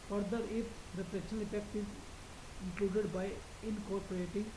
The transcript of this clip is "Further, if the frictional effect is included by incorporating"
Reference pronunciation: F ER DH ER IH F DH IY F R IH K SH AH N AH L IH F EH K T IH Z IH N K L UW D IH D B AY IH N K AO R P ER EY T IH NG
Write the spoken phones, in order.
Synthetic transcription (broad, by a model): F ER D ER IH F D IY P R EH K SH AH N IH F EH K T IH Z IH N K L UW D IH D B AY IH N K AO R P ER EY T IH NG